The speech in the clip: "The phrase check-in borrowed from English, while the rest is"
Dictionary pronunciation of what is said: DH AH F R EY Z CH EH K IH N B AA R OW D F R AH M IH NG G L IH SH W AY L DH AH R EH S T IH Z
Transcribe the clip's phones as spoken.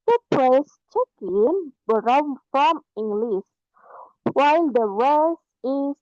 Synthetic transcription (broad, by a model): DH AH P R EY S CH EH K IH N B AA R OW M F R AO M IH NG G L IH S W AY L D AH R EH S T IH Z